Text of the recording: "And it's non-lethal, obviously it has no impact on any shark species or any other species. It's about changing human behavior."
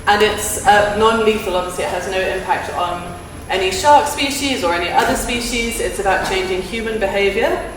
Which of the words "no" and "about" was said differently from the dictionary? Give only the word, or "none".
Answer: none